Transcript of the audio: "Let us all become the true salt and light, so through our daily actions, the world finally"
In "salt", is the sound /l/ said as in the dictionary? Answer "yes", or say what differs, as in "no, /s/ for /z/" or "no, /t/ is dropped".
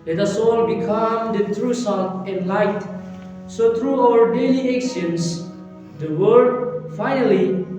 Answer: no, /l/ is dropped